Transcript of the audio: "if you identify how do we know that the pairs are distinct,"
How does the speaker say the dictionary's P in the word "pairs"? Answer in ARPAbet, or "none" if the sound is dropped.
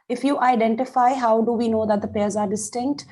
P